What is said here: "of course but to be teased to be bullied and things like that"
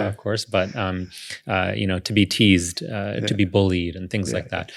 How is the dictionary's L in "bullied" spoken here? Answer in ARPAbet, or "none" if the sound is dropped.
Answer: L